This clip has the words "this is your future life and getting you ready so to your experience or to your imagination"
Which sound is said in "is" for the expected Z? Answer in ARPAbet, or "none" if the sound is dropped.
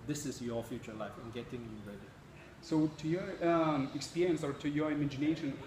S